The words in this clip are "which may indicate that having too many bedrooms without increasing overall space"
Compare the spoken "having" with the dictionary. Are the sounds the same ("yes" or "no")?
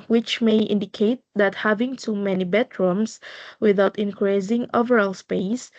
yes